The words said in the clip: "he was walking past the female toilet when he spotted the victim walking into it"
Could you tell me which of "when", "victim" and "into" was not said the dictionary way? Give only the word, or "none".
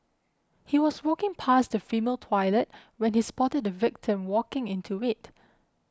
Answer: none